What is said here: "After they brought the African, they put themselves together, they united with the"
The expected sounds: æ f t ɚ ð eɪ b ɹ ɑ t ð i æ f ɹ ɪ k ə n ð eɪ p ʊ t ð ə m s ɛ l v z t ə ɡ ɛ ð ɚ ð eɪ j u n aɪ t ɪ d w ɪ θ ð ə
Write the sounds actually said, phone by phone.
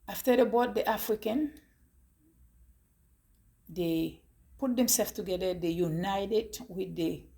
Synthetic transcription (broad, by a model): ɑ f t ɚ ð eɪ b ɑ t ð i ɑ f ɹ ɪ k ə n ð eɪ p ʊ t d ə m s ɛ l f t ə ɡ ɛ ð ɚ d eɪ j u n aɪ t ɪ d w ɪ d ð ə